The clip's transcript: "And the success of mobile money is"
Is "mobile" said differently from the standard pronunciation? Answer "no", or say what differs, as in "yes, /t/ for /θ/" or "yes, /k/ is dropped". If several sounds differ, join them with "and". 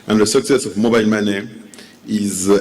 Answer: yes, /n/ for /l/